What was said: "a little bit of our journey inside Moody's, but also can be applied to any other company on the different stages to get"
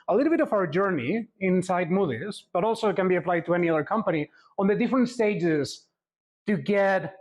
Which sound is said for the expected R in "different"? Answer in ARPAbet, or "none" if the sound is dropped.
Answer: R